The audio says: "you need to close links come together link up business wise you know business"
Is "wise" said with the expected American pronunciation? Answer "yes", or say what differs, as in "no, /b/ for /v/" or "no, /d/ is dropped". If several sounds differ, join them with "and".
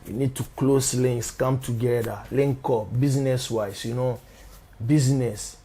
no, /s/ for /z/